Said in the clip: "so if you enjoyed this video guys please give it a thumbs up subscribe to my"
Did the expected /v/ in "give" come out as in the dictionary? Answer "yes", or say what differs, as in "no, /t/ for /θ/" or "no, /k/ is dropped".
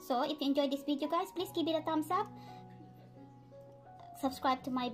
no, /b/ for /v/